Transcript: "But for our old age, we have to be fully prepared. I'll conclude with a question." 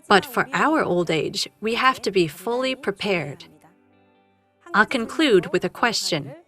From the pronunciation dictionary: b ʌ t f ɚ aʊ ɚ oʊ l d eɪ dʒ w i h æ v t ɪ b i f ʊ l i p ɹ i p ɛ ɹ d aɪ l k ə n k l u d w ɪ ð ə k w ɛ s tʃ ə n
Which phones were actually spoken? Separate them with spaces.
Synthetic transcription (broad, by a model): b ʌ t f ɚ aʊ ɚ oʊ l d eɪ dʒ w i h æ f t ɪ b i f ʊ l i p ɹ i p ɛ ɹ d aɪ l k ə n k l u d w ɪ ð ə k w ɛ s tʃ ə n